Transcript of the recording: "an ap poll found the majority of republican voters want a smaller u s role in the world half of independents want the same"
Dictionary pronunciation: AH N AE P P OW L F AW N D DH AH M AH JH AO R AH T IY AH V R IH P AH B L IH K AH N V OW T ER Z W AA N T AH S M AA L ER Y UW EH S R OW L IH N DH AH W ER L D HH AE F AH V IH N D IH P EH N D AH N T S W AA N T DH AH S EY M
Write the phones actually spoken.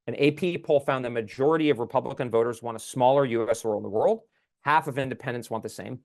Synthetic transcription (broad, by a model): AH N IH P P OW L F AW N DH AH M AH JH AO R AH T IY AH V R IH P AH B L IH K AH N V OW T ER Z W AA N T AH S M AA L ER Y UW EH S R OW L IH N DH AH W ER L D HH AE F AH V IH N D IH P EH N D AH N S W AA N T DH AH S EY M